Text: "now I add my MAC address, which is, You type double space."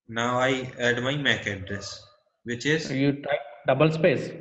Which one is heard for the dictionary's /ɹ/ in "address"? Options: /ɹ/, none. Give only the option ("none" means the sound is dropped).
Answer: /ɹ/